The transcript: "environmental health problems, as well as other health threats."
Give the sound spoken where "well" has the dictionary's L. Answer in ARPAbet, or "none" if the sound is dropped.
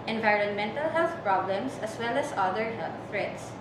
L